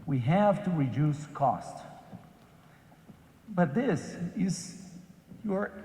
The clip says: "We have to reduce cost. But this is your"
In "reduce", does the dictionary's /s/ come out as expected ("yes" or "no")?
yes